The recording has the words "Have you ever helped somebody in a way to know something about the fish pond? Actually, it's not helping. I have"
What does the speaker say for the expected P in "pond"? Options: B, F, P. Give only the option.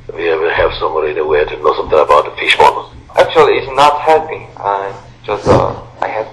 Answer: B